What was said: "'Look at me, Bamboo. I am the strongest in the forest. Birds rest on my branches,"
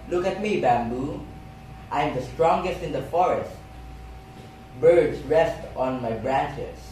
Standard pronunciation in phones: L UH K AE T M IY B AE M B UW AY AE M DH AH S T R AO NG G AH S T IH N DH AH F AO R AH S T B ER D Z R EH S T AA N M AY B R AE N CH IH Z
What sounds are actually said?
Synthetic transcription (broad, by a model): L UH K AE T M IY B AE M B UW AY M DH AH S T R AO NG G AH S T IH N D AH F AO R AH S T B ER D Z R EH S T AA N M AY B R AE N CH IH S